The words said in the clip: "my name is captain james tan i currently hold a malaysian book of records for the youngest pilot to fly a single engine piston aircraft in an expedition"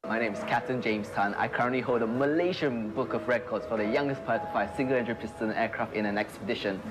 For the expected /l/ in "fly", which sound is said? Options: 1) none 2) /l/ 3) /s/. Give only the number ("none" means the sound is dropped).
1